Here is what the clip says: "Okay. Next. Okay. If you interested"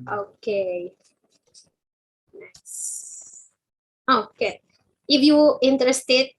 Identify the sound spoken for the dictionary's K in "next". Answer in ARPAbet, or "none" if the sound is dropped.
none